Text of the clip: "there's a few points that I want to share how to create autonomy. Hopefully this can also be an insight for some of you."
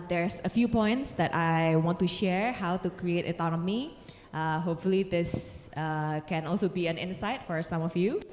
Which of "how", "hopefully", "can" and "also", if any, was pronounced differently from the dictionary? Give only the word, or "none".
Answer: none